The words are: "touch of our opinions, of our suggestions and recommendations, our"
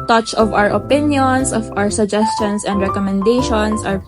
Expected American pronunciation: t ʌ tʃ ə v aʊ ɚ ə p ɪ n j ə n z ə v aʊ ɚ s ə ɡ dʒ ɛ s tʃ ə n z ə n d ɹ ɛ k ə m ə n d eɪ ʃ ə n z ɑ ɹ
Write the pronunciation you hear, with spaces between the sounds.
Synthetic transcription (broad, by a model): t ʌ tʃ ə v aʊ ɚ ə p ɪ n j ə n s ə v aʊ ɚ s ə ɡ dʒ ɛ s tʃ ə n s ə n d ɹ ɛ k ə m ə n d eɪ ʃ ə n s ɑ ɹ